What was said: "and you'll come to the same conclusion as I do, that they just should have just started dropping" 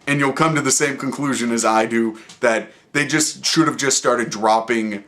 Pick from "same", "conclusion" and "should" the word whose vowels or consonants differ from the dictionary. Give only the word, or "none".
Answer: none